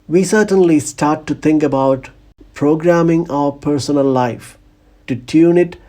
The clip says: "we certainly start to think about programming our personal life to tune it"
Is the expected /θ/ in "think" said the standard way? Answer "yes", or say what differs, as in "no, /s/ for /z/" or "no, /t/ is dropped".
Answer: no, /t/ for /θ/